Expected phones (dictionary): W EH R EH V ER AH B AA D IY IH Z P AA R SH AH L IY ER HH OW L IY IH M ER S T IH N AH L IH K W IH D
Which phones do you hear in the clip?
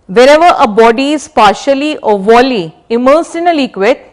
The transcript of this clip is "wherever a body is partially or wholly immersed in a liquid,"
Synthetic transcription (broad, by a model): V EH R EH V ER AH B AA D IY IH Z P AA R SH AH L IY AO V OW L IY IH M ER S IH N AH L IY K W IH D